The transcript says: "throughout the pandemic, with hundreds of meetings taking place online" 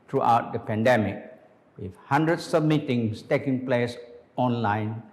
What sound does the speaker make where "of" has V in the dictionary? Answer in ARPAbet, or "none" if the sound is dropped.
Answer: B